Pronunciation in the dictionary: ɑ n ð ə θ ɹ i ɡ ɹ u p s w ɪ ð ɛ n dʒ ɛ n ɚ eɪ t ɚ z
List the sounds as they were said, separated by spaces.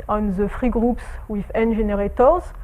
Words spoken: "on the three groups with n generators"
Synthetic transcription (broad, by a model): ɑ n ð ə f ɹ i ɡ ɹ u p s w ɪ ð ɛ n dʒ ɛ n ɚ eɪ t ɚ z